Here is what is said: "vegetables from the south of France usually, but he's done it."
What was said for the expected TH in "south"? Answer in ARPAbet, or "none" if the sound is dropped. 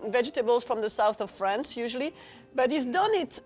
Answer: TH